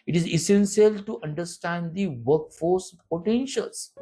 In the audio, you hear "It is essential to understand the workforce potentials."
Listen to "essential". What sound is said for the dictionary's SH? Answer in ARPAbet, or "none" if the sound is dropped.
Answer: S